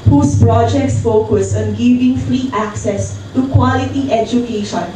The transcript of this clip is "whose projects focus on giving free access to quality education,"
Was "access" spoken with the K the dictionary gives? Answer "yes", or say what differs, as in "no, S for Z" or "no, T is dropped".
yes